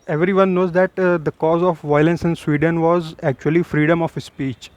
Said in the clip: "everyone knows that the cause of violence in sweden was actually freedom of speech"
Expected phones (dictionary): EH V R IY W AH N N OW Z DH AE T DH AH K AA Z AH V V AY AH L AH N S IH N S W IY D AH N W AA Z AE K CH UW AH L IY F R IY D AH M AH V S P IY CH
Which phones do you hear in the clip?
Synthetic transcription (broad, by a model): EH V R IY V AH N N OW Z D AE T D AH K AA Z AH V V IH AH L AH N S IH N S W IY D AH N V AA Z AE K CH UW AH L IY F R IY D AH M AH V S P IY CH